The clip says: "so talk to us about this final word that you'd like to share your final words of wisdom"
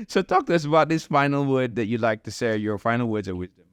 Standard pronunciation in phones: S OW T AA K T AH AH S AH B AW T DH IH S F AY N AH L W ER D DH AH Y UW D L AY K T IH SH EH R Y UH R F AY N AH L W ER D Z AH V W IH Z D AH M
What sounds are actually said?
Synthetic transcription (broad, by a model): S OW T AA K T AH AH S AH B AW T DH IH S F AY N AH L W ER D DH AH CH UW L AY K T IH S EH Y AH R F AY N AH L W ER D Z AH V W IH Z D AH M